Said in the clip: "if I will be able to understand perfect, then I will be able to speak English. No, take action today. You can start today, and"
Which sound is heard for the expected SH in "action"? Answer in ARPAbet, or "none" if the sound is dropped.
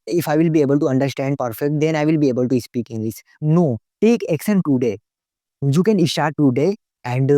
S